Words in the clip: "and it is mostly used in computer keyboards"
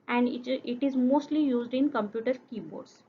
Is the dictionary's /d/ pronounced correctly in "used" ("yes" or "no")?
yes